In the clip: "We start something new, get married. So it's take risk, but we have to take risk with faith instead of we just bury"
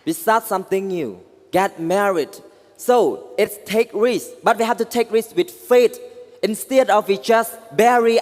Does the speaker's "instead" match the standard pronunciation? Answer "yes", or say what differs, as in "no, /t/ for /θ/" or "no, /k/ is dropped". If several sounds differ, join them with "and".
yes